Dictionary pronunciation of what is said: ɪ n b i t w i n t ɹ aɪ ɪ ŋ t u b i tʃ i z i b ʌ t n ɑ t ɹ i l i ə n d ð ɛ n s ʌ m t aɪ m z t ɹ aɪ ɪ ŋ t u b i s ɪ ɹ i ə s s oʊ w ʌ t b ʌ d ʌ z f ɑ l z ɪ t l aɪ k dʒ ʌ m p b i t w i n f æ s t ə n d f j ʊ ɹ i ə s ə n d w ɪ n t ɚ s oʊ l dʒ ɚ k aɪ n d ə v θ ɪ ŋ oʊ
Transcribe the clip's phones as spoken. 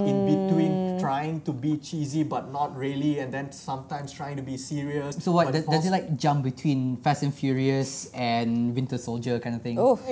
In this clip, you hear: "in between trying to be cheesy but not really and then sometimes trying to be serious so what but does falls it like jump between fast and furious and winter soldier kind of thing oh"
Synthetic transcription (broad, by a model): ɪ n b i t w i n t ɹ aɪ ɪ ŋ t u b i tʃ i z i b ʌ t n ɑ t ɹ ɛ l i ə n d ɛ n s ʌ m t aɪ m s t ɹ aɪ ɪ ŋ t u b i s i ɹ i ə s s oʊ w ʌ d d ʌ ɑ z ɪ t l aɪ k dʒ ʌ m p b i t w i n f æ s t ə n f j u ɹ i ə s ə n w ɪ n t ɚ s oʊ l dʒ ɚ k aɪ n d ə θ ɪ ŋ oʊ